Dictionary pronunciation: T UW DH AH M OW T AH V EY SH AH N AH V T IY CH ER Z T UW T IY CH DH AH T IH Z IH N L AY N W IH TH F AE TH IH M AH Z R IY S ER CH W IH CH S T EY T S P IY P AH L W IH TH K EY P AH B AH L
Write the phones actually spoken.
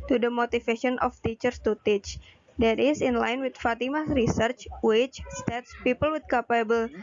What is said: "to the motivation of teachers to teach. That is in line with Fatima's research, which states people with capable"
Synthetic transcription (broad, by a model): T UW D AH M OW T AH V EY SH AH N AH F T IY CH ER S T UW T IY CH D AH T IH S IH N L AY N W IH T F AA T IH M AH S R IY S ER CH W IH CH S T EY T S P IY P AH L W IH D K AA P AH B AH L